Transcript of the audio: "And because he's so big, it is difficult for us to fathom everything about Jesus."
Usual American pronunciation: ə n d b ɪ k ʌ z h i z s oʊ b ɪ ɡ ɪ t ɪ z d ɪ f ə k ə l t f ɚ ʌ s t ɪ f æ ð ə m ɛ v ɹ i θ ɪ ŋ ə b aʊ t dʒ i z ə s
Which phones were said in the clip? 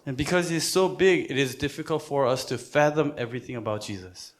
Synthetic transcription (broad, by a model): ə n b ɪ k ʌ z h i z s oʊ b ɪ ɡ ɪ t ɪ z d ɪ f ə k ə l t f ɚ ʌ s t ɪ f æ ð ə m ɛ v ɹ i θ ɪ ŋ ə b aʊ t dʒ i z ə s